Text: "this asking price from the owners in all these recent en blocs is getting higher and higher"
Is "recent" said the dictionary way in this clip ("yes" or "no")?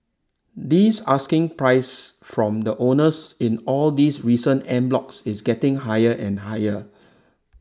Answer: no